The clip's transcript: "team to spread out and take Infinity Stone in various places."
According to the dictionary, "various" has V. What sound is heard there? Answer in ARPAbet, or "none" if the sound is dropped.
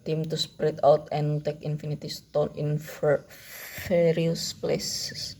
F